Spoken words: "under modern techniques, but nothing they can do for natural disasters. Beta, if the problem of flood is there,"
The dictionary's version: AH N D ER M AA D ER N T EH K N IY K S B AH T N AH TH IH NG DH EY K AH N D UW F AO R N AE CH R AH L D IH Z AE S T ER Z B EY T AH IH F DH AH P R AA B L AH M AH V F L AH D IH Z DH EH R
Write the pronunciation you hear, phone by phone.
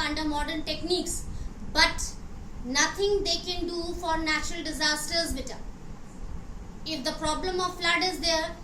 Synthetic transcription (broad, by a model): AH N D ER M AA D ER N T EH K N IY K S B AH T N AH T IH NG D EY K AH N D UW F AO R N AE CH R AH L D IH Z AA S T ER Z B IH T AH IH F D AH P R AA B L AH M AH V F L AH D IH Z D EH R